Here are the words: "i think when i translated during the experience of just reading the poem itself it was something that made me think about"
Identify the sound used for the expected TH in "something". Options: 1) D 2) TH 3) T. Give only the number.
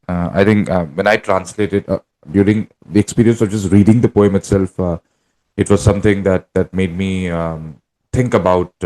3